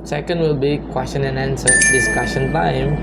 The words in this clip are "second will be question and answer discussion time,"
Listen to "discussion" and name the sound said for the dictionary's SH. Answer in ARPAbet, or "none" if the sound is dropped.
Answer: S